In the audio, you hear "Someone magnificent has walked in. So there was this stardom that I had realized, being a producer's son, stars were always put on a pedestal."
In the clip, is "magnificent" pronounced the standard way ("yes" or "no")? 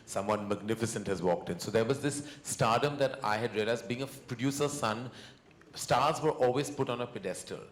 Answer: yes